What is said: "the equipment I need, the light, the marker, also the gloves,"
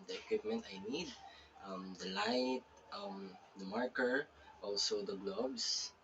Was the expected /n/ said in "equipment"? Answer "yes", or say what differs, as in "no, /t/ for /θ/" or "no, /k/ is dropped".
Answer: yes